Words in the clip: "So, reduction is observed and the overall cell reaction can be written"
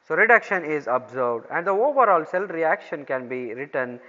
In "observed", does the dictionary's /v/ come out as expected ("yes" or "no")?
no